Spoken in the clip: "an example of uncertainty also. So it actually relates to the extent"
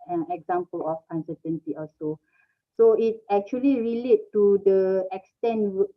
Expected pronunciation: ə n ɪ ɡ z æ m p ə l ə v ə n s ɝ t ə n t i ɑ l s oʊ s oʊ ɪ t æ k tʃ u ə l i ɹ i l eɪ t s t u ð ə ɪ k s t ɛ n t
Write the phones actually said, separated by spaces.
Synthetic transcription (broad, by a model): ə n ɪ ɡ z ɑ m p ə l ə f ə n s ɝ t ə n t i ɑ s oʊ s oʊ ɪ t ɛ k tʃ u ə l i ɹ i l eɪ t t u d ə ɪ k s t ɛ n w